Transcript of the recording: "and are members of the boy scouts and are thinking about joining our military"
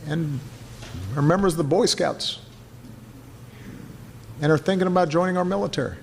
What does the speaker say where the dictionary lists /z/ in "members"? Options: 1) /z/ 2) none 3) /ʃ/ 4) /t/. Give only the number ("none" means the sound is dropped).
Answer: 1